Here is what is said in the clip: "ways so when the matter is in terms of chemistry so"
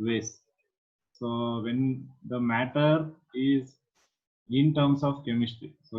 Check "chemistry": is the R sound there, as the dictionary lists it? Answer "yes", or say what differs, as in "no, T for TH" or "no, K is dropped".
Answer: no, R is dropped